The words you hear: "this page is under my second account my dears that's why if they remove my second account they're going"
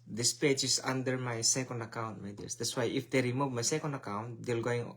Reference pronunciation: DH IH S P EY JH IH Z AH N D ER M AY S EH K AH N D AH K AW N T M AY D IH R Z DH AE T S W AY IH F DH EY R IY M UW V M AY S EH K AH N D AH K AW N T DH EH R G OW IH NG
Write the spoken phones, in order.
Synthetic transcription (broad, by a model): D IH S P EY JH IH S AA N D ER M AY S EH K AH N D AH K AW N T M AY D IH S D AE T S W AY IH F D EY R IY M UW V M AY S EH K AH N D AH K AW N T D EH L G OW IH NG